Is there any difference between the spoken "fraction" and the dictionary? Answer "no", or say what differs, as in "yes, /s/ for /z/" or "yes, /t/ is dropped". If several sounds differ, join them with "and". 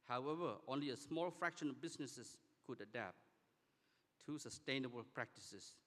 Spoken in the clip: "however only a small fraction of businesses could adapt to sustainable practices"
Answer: no